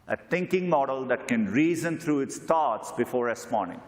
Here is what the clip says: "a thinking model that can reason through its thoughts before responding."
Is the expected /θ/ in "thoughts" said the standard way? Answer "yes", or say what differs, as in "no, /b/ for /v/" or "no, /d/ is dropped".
no, /t/ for /θ/